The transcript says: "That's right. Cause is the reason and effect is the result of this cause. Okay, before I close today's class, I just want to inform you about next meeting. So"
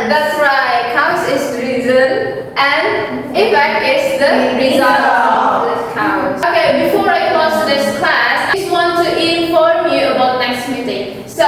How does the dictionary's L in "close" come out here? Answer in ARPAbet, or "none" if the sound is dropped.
none